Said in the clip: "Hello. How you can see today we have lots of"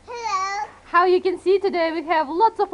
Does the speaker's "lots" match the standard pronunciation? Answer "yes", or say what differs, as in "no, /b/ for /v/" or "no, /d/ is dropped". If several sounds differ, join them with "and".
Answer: yes